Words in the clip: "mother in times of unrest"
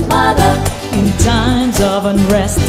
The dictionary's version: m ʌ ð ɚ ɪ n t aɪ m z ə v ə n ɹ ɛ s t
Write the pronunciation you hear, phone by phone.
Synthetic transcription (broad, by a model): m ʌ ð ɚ ɪ n t aɪ m z ə v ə n ɹ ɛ s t